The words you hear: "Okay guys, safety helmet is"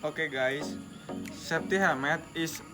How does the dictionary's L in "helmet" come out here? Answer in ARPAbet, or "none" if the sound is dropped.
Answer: none